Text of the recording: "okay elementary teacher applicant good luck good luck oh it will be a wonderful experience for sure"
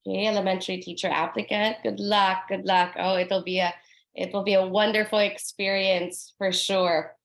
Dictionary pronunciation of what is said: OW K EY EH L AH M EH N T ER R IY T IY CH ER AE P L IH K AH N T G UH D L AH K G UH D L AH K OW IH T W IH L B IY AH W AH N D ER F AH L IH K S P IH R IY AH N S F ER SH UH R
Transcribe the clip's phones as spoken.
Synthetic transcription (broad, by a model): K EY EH L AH M EH N T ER R IY T IY CH ER AE P L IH K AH T G UH D L AH K G UH D L AH K OW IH T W IH L B IY AH W AH N D ER F L IH K S P IH R IY AH N S F ER SH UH R